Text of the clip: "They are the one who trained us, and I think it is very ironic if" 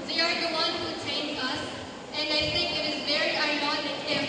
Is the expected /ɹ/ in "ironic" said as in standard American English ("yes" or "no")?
no